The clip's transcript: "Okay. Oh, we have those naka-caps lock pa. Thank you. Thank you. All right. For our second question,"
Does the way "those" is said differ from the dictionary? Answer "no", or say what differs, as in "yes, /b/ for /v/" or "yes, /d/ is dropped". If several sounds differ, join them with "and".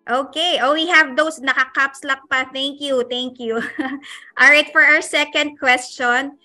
yes, /s/ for /z/